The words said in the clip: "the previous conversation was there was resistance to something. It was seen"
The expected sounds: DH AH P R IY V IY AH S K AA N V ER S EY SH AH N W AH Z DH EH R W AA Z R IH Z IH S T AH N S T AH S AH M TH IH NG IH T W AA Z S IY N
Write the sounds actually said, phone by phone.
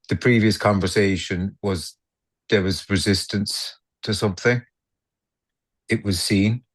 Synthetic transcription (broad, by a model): DH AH P R IY V IY AH S K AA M V ER S EY SH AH N W AH Z DH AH R W AA Z R IH Z IH S T AH N S T AH S AH M TH IH NG IH T W AA Z S IY N